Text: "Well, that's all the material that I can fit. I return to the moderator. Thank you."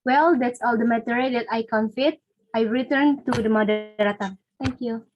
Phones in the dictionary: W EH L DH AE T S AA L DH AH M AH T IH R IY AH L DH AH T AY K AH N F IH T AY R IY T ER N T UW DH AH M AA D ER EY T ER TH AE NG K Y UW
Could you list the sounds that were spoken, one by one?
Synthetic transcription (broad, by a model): W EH L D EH T S AA L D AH M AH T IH R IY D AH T AY K AH N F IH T AY R IY T ER N T UW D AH M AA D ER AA T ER T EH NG K Y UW